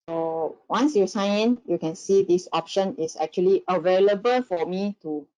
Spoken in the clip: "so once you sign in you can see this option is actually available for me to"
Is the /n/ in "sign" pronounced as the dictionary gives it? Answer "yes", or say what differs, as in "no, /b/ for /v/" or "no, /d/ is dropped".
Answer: no, /n/ is dropped